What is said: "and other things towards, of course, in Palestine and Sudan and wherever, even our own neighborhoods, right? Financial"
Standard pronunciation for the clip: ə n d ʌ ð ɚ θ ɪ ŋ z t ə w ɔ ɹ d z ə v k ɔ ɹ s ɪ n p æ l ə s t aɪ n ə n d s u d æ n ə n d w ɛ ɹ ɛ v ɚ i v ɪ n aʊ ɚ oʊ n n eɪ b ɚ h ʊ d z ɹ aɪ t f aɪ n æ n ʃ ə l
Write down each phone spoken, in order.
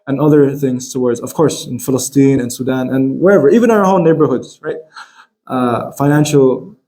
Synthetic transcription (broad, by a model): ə n ʌ ð ɚ θ ɪ ŋ z t ə w ɔ ɹ d z ə v k ɔ ɹ s ɪ n f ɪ l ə s t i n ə n s u d æ n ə n w ɛ ɹ ɛ v ɚ i v ɪ n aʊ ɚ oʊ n n eɪ b ɚ h ʊ d z ɹ aɪ t f aɪ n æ n ʃ l